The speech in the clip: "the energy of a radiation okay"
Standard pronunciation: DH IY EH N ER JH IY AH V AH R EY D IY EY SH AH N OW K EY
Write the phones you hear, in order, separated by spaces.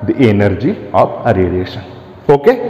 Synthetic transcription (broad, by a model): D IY EH N ER JH IY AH P AH R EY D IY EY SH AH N OW K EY